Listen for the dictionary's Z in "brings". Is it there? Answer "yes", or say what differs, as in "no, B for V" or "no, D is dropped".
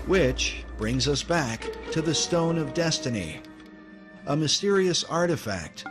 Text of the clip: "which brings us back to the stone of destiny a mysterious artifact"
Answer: yes